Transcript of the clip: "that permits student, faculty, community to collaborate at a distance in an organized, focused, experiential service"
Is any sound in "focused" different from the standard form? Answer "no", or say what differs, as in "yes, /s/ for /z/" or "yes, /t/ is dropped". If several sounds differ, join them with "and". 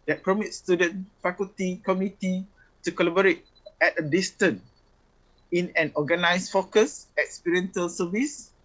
yes, /t/ is dropped